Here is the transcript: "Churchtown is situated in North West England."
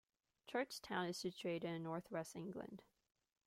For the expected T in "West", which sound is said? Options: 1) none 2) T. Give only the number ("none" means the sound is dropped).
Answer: 1